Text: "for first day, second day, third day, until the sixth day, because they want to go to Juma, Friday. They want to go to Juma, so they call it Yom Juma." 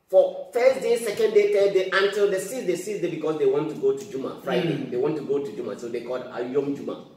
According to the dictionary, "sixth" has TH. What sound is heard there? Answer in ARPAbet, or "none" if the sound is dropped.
S